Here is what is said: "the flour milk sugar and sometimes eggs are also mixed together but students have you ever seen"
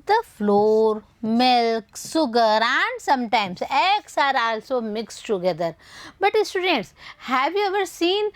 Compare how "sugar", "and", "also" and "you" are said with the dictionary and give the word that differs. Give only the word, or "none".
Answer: sugar